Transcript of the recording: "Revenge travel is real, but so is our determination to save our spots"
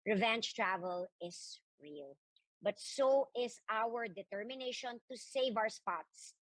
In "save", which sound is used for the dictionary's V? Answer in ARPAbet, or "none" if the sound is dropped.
V